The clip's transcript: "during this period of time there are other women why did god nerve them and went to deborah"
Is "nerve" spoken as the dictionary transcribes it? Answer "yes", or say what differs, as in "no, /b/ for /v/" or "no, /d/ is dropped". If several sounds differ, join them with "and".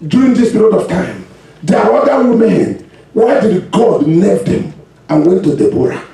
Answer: no, /l/ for /n/